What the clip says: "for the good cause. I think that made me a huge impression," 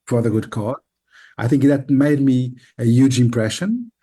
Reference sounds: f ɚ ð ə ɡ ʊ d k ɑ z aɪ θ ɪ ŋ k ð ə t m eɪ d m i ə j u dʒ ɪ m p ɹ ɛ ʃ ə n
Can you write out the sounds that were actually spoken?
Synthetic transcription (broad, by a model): f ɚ ð ə ɡ ʊ d k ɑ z aɪ θ ɪ ŋ k ð ə t m eɪ d m i ə j u dʒ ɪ m p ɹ ɛ ʃ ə n